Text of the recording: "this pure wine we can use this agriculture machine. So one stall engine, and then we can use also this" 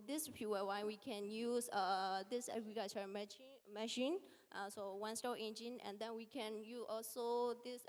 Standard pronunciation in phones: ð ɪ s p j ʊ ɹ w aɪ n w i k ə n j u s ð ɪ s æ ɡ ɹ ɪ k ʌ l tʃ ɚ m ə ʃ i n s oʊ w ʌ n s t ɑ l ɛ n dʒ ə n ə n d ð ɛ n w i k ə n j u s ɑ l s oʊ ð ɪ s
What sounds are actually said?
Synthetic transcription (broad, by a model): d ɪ s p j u w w aɪ w i k ə n j u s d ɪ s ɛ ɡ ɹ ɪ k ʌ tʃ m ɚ m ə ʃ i n s oʊ w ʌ n s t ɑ ɛ n dʒ ə n ə n d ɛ n w i k ə n j u s ɑ l s oʊ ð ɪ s